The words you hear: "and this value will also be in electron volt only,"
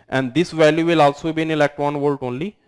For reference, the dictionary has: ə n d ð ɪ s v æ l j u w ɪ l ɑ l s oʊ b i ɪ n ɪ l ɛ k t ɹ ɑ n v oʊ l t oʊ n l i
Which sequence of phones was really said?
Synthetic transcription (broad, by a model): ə n d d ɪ s v æ l j u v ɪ l ɑ l s oʊ b i ɪ n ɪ l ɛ k t ɑ n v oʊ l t oʊ n l i